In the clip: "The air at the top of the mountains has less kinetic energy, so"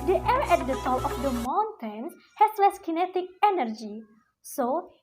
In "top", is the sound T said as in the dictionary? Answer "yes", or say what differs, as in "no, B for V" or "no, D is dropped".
no, S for T